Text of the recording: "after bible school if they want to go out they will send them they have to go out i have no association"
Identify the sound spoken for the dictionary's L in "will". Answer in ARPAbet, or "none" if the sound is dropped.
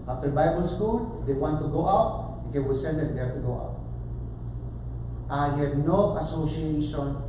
W